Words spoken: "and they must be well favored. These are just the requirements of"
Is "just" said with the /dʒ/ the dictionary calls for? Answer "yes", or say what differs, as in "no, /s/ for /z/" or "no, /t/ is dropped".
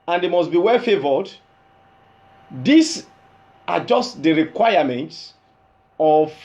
yes